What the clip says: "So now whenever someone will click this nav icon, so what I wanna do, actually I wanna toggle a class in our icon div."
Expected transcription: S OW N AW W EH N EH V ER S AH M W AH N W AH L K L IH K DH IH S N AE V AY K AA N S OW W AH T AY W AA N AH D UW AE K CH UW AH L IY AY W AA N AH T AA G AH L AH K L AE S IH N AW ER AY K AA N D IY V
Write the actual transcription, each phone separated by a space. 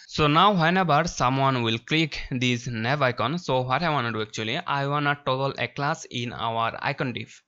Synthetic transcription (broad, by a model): S OW N AW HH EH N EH B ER S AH M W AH N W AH L K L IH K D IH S N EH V AY K AA N S OW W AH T AY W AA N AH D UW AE K CH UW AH L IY AY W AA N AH T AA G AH L AH K L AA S IH N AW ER AY K AA N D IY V